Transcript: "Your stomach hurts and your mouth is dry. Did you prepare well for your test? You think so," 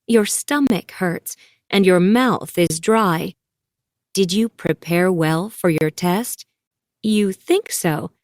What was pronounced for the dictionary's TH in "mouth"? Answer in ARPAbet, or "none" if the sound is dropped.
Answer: TH